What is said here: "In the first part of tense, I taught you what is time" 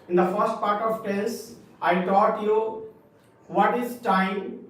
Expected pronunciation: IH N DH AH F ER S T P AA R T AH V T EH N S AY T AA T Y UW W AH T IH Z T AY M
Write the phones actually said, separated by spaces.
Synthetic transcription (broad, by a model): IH N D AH F ER S T P AA R T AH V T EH S AY T AA T Y UW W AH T IH Z T AY M